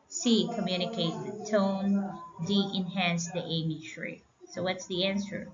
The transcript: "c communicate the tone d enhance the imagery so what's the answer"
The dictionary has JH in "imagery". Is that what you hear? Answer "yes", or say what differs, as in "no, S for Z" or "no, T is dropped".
no, SH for JH